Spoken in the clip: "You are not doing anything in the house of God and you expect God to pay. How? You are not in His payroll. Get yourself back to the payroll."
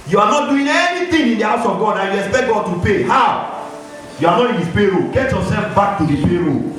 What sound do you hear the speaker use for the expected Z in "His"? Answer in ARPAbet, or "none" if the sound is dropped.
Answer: S